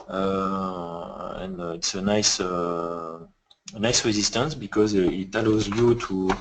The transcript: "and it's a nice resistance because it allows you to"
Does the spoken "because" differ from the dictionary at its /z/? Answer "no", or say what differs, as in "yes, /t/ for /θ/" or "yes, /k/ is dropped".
no